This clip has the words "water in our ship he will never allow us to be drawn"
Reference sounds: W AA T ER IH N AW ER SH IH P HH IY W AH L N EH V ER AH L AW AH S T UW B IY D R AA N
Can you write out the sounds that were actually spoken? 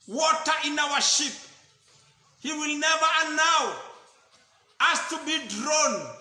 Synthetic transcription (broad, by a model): W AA T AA IH N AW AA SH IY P HH IY W AH L N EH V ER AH N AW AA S T UW B IY D R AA N